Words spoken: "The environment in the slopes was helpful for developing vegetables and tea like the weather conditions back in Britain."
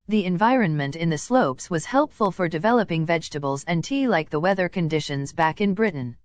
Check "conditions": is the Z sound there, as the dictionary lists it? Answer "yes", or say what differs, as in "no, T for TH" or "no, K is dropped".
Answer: yes